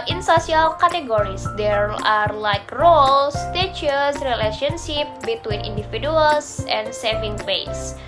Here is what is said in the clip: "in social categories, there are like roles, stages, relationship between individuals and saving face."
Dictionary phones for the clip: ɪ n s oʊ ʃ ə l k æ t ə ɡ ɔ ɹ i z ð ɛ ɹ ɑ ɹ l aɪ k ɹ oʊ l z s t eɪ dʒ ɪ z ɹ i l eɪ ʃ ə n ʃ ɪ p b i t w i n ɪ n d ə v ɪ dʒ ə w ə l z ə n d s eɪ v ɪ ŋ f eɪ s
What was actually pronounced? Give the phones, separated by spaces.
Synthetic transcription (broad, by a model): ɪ n s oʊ s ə l k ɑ t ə ɡ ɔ ɹ i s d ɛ ɹ ɑ ɹ l aɪ k ɹ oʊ l s t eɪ tʃ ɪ s ɹ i l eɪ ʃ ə n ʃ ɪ p b i t w i n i n d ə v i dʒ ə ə l s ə n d s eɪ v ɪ ŋ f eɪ s